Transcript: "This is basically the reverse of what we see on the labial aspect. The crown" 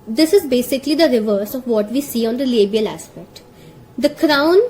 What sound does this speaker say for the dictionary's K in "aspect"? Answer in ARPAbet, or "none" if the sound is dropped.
K